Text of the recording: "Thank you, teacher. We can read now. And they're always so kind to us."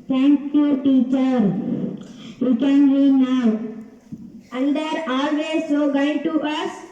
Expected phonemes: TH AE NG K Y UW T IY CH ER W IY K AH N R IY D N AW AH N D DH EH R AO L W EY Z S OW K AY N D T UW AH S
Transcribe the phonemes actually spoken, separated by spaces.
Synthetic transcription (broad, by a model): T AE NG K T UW T IY CH ER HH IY K AH N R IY N AW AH L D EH R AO L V EY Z S OW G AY D T UW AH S